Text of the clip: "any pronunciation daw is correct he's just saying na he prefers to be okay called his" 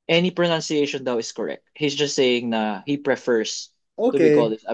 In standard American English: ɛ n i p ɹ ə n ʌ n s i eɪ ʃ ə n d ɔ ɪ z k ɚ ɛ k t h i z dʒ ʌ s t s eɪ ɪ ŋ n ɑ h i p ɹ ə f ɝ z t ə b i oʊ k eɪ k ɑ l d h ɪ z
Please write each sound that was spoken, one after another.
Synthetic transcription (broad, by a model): ɛ n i p ɹ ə n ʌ n s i eɪ ʃ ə n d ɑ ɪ s k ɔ ɛ k t h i s dʒ ʌ s t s eɪ ɪ ŋ n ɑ h i p ɹ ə f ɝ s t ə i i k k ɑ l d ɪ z